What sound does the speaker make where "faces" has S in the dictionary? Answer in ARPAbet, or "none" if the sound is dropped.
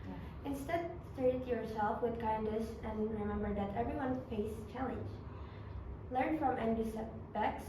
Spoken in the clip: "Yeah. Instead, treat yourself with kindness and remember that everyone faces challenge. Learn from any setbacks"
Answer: none